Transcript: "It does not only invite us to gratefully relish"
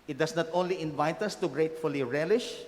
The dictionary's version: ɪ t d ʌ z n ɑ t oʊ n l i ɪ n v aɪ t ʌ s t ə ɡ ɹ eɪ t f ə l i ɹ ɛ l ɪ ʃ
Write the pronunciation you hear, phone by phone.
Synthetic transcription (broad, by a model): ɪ t d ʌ s n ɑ t oʊ n l i ɪ n v aɪ t ʌ s t ə ɡ ɹ eɪ t f ə l i ɹ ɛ l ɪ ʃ